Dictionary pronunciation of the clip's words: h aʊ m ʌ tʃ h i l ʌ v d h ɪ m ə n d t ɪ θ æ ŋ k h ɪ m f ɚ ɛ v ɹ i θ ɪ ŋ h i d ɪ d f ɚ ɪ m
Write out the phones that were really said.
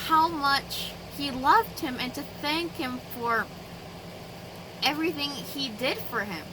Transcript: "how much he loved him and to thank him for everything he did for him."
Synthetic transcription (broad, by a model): h aʊ m ʌ tʃ h i l ʌ v d h ɪ m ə n t ɪ θ æ ŋ k h ɪ m f ɚ ɛ v ɹ i θ ɪ ŋ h i d ɪ d f ɚ ɪ m